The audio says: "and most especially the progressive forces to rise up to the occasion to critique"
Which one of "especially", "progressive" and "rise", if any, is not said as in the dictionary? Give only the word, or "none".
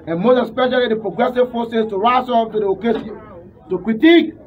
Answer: rise